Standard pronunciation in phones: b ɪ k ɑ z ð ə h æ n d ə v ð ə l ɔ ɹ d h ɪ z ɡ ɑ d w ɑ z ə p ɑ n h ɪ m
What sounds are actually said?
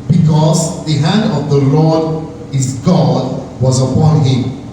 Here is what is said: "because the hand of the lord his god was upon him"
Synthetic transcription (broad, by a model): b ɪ k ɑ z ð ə h æ n d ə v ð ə l ɔ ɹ d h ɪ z ɡ ɑ d w ɑ z ə p ɑ n h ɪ m